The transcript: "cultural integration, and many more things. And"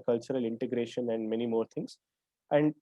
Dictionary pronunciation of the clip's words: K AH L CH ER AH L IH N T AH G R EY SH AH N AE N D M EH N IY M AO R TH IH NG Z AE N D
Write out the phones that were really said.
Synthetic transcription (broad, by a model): K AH L CH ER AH L IH N T AH G R EY SH AH N AE N D M EH N IY M AO R T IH NG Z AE N D